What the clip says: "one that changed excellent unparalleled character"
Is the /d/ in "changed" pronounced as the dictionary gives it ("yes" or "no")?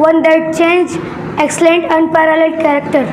no